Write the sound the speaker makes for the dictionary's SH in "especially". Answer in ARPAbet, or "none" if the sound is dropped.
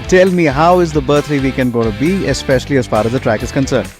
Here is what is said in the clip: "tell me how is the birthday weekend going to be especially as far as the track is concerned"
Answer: SH